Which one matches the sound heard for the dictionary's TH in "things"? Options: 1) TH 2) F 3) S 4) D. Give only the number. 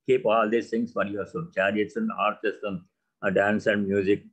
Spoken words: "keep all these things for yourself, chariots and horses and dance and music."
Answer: 3